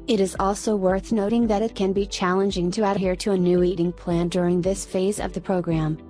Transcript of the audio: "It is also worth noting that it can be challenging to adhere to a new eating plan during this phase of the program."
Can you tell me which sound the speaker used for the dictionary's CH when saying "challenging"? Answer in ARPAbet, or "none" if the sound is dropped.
CH